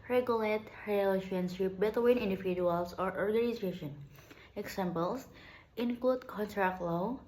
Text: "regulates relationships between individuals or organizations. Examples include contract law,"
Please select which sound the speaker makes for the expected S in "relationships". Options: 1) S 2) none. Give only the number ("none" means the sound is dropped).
2